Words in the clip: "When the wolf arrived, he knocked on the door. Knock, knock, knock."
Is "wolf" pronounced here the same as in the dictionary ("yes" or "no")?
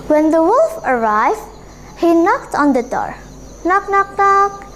yes